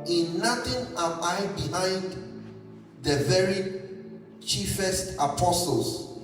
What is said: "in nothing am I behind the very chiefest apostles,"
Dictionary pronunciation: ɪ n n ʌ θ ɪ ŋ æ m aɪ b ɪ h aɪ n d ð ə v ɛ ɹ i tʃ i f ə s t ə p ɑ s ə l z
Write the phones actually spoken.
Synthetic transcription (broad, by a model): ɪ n n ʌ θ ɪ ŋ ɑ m aɪ b ɪ h aɪ n d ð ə v ɛ ɹ i tʃ i f ə s t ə p ɑ s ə l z